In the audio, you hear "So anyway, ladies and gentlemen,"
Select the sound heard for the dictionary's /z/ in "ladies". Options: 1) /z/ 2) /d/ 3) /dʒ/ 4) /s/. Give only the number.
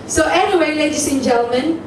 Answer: 4